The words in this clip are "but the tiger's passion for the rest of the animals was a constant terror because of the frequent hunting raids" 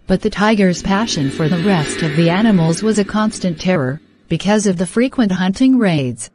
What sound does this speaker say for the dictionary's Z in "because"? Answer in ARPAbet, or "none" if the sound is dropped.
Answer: Z